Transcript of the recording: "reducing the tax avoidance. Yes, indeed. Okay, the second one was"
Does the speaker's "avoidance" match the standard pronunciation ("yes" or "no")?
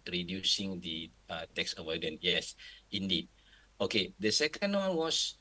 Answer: no